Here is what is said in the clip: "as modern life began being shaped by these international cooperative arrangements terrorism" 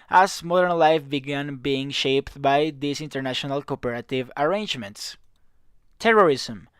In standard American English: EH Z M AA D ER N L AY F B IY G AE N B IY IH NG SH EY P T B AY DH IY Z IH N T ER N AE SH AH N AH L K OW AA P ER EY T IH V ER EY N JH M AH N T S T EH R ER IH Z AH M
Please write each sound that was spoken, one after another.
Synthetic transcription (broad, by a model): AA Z M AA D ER N L AY F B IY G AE N B IY IH NG SH EY P T B AY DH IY S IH N T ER N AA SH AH N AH L K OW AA P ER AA T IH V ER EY N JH M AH N T S T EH R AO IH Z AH M